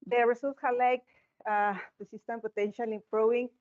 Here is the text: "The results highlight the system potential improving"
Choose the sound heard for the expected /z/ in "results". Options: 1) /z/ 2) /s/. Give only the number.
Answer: 2